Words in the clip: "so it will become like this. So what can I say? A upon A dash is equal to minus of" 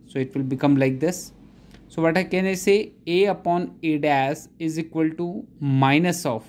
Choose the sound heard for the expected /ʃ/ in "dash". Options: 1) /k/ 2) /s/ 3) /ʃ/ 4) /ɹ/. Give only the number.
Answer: 2